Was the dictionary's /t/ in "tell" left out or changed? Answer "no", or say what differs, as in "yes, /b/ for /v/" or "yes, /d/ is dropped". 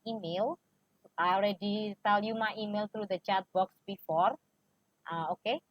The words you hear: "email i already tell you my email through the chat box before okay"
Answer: yes, /s/ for /t/